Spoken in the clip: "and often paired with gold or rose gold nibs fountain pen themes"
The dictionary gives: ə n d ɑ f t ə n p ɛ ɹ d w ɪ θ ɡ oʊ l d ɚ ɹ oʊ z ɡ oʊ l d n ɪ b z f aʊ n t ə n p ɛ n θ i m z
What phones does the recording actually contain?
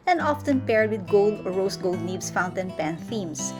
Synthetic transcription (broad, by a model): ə n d ɑ f t ə n p ɛ ɹ d w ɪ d ɡ oʊ l d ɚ ɹ oʊ s ɡ oʊ l d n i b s f aʊ n t ə n p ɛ n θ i m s